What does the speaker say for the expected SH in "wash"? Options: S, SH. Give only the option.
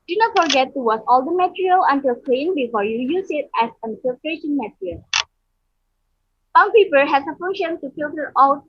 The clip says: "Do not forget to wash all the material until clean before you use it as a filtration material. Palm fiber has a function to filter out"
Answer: S